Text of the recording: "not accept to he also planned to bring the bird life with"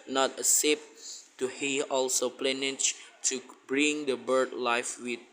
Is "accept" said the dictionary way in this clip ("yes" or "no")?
no